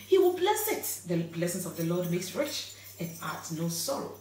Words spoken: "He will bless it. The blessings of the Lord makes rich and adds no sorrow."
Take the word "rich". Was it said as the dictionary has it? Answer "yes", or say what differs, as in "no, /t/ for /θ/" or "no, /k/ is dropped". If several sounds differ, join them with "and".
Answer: yes